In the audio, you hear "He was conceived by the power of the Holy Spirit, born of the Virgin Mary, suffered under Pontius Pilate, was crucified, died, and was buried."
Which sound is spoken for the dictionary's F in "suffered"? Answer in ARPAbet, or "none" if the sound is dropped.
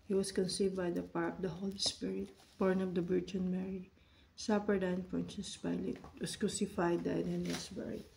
P